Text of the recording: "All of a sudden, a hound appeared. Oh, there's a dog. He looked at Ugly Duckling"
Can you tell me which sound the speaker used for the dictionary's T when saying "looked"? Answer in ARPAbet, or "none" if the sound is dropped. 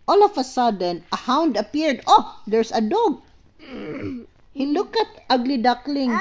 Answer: none